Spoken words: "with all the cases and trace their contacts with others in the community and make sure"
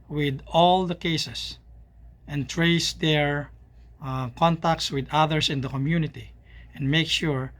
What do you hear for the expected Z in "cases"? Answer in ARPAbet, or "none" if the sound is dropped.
S